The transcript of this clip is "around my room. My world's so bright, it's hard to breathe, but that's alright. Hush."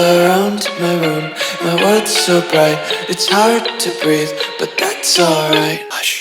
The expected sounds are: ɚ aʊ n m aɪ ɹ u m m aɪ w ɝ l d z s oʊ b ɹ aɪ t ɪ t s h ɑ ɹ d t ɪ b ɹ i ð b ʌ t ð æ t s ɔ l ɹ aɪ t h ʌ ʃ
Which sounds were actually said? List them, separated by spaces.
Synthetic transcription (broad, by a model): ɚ aʊ n m aɪ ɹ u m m aɪ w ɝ d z s oʊ b ɹ aɪ t ɪ t s h ɑ ɹ d t ɪ b ɹ i ð b ʌ t ð æ t s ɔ l ɹ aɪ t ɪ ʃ